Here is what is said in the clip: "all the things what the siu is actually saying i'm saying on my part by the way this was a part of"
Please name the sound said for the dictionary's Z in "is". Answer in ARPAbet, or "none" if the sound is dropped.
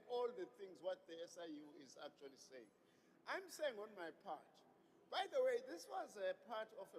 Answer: Z